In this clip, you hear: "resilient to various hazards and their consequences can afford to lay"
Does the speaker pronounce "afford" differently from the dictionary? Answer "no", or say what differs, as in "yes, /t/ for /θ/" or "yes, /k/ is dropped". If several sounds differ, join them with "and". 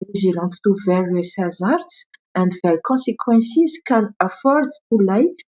no